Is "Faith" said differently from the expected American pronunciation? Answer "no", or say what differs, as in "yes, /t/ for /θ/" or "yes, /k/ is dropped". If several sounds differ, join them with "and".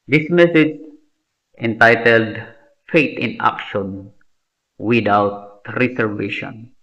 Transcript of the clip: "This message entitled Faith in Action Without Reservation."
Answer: yes, /t/ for /θ/